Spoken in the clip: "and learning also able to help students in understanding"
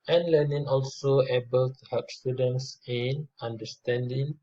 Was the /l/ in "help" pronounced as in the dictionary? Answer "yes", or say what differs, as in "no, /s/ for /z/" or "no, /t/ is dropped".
no, /l/ is dropped